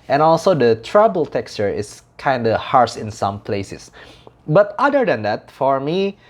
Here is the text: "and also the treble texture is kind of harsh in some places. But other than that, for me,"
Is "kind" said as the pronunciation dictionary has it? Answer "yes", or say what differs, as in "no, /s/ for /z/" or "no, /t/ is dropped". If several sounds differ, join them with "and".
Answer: yes